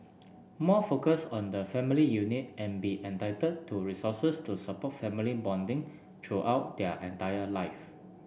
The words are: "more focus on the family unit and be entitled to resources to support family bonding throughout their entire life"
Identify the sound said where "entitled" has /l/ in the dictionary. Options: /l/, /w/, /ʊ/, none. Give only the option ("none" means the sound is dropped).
none